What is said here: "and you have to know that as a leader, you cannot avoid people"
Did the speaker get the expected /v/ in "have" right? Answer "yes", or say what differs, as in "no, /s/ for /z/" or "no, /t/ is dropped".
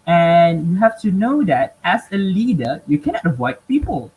no, /f/ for /v/